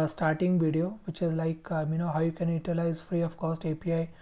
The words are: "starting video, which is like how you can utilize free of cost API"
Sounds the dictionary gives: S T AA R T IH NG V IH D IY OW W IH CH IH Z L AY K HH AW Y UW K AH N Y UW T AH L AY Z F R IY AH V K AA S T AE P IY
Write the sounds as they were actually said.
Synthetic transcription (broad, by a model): S T AA R T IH NG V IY D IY OW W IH CH IH Z L AY K HH AW Y UW K AH N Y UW T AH L AY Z F R IY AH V K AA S T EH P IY